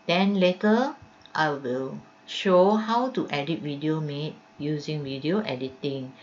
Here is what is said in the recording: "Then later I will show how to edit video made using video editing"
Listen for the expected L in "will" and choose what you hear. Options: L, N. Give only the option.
L